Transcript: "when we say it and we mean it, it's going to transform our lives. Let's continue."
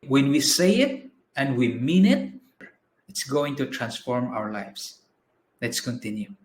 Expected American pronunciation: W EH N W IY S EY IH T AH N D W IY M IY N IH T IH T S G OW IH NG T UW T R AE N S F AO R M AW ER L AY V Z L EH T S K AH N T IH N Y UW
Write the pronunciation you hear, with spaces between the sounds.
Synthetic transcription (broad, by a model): W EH N W IY S EY IH T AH N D W IY M IY N IH T IH T S G OW IH NG T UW T R AE N S F AO R M AW ER L AY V S L EH T S K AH N T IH N Y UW